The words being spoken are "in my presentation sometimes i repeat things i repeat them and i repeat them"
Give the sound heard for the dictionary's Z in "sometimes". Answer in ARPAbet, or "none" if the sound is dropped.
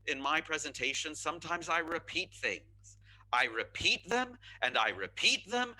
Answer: Z